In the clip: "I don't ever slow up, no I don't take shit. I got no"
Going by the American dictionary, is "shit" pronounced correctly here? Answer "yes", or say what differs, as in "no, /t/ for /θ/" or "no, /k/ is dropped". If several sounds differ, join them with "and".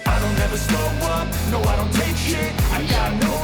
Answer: no, /t/ is dropped